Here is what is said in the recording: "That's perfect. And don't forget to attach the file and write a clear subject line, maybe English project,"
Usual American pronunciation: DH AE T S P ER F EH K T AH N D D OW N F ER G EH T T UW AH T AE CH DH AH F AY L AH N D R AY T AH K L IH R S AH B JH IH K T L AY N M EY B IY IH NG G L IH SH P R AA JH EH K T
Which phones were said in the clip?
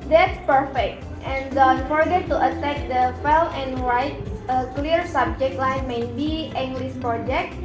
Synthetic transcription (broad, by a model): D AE T S P ER F EH K T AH N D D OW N F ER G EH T T UW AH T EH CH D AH F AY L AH N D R AY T AH K L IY R S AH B JH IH K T L AY N M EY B IY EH NG G L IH S P R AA JH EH K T